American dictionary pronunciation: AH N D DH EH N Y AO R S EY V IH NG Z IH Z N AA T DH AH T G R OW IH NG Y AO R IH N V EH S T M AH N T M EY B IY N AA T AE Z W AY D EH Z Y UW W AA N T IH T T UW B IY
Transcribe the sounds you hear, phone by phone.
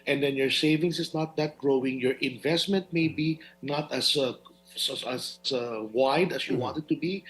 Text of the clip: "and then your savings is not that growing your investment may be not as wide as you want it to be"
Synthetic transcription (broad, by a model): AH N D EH N Y AO R S EY V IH NG S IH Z N AA T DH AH T G R OW IH NG Y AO R IH N V EH S T M AH N T M EY B IY N AA T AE S W AY D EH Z Y UW W AA N T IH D T UW B IY